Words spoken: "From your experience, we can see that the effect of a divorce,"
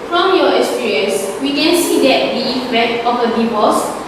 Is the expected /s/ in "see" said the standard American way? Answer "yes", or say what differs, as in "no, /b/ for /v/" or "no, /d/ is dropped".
yes